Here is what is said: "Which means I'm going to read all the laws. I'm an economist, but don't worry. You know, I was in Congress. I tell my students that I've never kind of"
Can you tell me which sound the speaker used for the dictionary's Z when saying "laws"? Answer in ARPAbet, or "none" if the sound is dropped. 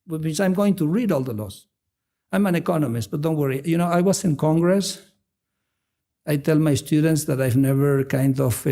S